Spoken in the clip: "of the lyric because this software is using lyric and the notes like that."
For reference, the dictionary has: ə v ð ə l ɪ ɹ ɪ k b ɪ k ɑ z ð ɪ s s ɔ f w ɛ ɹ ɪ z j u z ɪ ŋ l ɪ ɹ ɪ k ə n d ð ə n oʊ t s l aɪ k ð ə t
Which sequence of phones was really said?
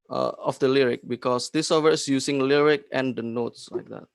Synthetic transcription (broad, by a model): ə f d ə l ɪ ɹ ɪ k b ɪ k ɑ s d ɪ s s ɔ w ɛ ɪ s j u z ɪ ŋ l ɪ ɹ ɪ k ə n d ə n oʊ t s l aɪ k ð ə t